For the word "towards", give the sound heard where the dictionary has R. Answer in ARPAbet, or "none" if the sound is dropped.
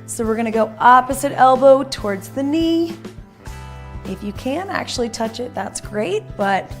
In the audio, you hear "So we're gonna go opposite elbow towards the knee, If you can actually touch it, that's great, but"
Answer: R